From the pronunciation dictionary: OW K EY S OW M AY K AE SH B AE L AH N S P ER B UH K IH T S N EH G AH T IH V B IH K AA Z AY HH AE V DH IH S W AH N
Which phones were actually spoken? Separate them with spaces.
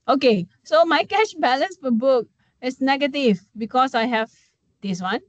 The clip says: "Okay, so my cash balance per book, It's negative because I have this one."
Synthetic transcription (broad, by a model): OW K EY S OW M AY K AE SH B AE L AH N S F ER B UH K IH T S N EH G AH T IH V B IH K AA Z AY HH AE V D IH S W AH N